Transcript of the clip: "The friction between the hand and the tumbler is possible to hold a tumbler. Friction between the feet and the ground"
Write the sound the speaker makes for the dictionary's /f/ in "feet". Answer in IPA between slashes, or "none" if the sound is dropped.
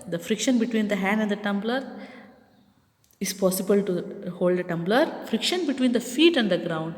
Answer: /f/